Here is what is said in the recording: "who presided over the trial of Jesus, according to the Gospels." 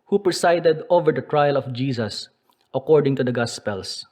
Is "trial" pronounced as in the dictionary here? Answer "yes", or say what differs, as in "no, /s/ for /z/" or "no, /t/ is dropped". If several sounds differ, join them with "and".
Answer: yes